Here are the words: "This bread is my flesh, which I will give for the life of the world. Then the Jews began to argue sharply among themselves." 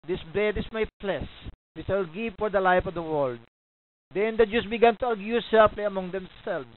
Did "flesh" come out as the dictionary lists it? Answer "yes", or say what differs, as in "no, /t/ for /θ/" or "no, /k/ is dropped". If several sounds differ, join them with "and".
no, /p/ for /f/